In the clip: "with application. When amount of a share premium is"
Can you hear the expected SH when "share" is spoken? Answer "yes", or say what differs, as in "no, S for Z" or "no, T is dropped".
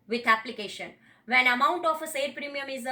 no, S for SH